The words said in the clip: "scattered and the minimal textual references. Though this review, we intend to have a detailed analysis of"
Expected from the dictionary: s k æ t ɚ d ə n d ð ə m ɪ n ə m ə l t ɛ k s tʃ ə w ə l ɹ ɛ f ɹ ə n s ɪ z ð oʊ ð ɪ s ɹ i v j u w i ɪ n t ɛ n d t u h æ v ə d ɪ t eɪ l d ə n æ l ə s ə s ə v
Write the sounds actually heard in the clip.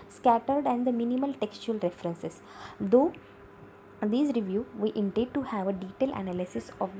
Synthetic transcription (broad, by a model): s k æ t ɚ d ə n d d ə m ɪ n ə m ə l t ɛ k s tʃ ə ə l ɹ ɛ f ɹ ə n s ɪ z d oʊ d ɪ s ɹ i v j u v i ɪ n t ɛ d t u h æ v ə d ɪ t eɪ l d ə n æ l ə s ə s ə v